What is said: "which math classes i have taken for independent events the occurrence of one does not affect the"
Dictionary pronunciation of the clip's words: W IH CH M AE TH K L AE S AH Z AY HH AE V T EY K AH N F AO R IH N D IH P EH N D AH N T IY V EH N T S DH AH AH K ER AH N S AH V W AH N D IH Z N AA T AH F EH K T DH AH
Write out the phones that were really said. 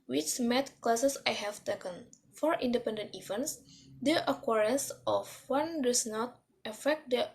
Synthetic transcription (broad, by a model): W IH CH M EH T K L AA S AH S AY HH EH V T EY K AH N F AO R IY N D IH P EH N D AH N T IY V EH N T S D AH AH K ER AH N S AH F W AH N D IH S N AA T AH F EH K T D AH